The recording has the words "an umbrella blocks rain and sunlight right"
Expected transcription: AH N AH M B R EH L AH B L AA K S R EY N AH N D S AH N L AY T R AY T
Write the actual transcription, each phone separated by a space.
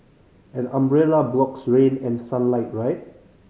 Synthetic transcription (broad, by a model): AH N AH M B R EH L AH B L AA K S R EY N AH N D S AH N L AY T R AY T